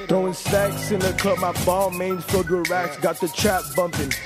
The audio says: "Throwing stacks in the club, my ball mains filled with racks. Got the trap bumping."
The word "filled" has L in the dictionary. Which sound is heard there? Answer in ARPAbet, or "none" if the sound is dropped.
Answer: none